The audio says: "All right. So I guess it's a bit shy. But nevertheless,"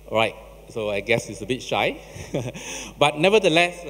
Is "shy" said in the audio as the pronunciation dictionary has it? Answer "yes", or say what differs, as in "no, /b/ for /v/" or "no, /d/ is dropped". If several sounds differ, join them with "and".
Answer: yes